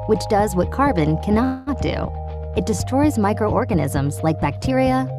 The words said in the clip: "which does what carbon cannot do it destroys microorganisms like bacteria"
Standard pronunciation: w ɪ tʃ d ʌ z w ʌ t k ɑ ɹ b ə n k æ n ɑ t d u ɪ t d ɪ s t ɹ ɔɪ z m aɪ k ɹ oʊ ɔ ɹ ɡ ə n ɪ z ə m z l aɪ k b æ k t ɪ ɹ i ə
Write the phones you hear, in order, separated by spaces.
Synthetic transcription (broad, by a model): w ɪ tʃ d ʌ z w ʌ t k ɑ ɹ b ə n k æ n ɑ t d u ɪ t d ɪ s t ɹ ɔɪ z m aɪ k ɹ oʊ ɔ ɹ ɡ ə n ɪ z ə m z l aɪ k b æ k t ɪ ɹ i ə